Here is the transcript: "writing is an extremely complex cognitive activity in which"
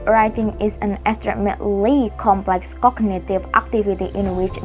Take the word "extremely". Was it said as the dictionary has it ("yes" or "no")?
no